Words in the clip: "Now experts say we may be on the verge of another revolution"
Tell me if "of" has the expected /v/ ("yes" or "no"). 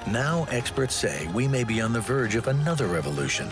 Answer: yes